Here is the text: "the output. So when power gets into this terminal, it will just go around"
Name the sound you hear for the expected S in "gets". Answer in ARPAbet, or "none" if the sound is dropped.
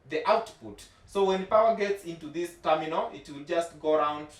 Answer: S